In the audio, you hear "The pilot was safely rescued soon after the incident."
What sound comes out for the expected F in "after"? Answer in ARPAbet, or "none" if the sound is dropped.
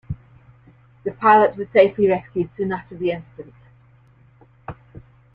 none